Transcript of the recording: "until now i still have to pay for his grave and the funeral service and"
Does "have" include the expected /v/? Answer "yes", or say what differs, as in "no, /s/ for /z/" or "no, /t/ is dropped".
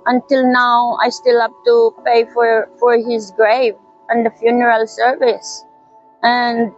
no, /p/ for /v/